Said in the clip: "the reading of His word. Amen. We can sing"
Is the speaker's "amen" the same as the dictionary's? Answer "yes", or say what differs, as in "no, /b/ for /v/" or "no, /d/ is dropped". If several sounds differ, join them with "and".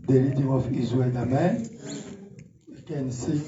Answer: yes